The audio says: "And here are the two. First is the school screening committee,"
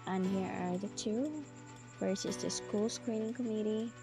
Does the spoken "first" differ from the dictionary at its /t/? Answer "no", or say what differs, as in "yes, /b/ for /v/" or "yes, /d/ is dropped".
yes, /t/ is dropped